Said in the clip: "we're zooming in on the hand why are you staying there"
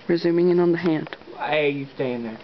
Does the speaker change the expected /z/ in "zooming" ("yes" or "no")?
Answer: no